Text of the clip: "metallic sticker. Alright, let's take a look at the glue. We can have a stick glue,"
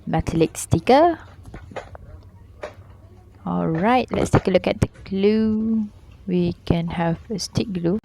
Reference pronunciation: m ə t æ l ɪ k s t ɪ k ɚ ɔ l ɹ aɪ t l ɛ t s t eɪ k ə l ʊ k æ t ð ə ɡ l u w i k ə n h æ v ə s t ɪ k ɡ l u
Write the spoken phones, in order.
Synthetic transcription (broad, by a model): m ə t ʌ l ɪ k s t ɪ k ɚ ɔ l ɹ aɪ t l ɛ t s t eɪ k ə l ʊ k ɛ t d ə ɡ l u w i k ə n h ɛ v ə s t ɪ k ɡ l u